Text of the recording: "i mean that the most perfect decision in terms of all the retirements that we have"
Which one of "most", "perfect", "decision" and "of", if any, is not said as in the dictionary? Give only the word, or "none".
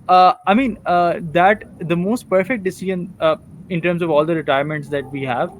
none